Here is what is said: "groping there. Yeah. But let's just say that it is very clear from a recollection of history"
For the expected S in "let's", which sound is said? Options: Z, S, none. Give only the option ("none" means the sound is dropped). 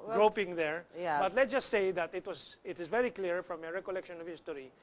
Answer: none